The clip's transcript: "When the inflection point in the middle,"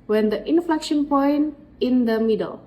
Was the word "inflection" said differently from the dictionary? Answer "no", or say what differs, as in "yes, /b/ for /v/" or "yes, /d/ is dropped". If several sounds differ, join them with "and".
no